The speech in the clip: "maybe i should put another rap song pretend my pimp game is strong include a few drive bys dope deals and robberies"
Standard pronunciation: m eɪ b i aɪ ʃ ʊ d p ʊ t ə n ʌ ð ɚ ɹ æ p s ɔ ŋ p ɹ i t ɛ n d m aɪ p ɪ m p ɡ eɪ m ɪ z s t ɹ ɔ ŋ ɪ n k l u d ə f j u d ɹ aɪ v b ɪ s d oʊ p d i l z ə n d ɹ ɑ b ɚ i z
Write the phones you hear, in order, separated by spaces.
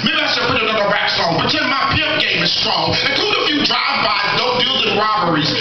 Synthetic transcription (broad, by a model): m eɪ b i aɪ s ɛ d p ʊ t ə n ʌ ð ɚ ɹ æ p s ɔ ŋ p i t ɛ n m aɪ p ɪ p ɡ eɪ m ɪ z s t ɹ ɔ ŋ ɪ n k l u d ə f j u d ɹ aɪ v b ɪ d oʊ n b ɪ l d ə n ɹ ɑ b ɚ i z